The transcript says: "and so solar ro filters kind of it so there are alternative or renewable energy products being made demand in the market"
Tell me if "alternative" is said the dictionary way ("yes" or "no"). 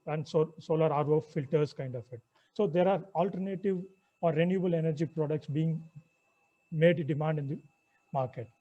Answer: yes